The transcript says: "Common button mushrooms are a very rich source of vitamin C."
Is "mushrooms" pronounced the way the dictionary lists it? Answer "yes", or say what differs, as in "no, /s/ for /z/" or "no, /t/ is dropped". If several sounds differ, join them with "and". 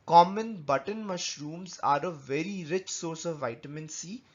yes